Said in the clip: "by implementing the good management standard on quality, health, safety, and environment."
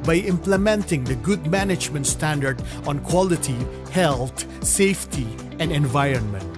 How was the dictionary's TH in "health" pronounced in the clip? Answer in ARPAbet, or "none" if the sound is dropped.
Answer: T